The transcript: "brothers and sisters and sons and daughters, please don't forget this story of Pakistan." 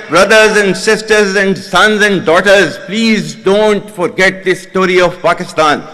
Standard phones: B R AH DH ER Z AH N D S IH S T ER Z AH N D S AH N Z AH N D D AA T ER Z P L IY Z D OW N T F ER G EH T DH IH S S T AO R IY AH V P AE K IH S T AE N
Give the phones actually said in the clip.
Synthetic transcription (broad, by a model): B R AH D ER Z AH N D S IH S T ER Z AH N D S AH N Z AH N D D AA T ER Z P L IY Z D OW N T F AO G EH T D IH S S T AO R IY AH V P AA K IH S T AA N